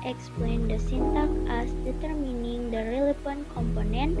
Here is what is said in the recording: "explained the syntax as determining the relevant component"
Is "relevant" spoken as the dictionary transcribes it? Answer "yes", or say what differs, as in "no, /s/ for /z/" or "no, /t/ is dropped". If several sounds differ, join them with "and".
no, /f/ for /v/